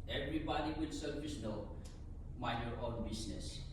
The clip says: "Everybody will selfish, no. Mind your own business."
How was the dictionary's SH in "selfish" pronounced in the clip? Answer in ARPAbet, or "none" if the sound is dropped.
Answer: S